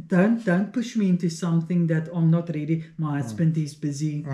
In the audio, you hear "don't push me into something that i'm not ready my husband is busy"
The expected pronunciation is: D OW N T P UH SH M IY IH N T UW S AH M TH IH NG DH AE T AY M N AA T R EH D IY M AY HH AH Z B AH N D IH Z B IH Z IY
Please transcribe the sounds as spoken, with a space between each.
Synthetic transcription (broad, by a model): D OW N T P UH SH M IY IH N T UW S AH M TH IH NG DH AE T AY M N AA T R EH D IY M AY HH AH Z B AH N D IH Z B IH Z IY